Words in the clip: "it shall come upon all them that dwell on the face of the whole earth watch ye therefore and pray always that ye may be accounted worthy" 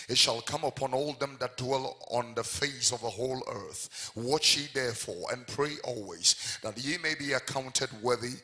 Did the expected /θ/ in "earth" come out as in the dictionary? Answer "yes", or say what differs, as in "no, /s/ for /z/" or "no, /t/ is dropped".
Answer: yes